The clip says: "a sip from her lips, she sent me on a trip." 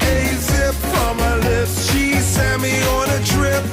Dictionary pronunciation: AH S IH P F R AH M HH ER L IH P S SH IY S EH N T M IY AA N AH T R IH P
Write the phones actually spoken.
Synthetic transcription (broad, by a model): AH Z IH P F R AH M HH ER L IH P S SH IY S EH T M IY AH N AH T R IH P